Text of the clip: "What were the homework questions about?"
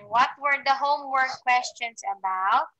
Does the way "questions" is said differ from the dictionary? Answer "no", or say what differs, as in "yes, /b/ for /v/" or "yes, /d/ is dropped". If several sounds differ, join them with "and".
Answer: yes, /s/ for /z/